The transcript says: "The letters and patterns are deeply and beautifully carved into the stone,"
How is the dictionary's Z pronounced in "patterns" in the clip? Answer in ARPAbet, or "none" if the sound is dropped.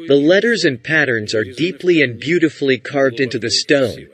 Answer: Z